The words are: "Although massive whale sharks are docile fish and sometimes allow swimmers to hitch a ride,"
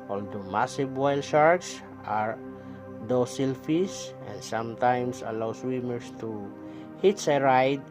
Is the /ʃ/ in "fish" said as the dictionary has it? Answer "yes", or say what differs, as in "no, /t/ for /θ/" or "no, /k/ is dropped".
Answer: no, /s/ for /ʃ/